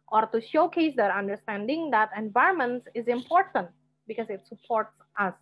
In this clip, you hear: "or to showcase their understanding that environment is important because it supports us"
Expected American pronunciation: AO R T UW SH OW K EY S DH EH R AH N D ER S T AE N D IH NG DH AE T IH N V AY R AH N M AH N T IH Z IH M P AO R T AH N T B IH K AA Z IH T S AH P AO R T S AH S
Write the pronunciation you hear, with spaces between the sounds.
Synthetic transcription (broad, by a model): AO R T UW SH OW K EY S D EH R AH N D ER S T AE N D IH NG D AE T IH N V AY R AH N M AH N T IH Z IH M P AO R T AH N T B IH K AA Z IH T S AH P AO R T S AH S